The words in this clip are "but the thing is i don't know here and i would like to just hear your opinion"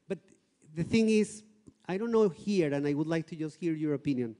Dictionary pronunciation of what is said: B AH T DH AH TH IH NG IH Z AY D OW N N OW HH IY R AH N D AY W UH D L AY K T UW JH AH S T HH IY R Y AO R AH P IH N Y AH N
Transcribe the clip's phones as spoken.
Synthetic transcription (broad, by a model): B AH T DH AH TH IH NG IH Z AY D OW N N OW HH IY R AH N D AY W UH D L AY K T UW JH AH S T HH IY R Y AO R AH P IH N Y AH N